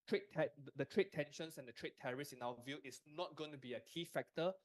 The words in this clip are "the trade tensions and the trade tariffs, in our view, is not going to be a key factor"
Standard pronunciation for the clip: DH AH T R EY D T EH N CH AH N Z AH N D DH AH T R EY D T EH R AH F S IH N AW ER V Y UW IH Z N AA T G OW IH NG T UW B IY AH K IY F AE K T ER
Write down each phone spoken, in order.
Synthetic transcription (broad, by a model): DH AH T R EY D T EH N SH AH N S AH N D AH T R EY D T EH R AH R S IH N AW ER V Y UW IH S N AA T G OW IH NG T UW B IY AH K IY F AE K T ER